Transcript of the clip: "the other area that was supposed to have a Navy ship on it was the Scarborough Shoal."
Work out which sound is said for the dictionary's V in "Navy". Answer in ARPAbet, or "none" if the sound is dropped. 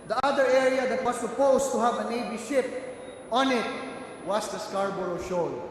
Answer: B